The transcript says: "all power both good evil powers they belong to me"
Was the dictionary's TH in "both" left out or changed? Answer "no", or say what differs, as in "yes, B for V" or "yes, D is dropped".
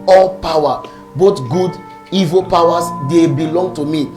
yes, T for TH